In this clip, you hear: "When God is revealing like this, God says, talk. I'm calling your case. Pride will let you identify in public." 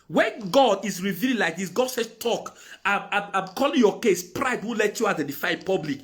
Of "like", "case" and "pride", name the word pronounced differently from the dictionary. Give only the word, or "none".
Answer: none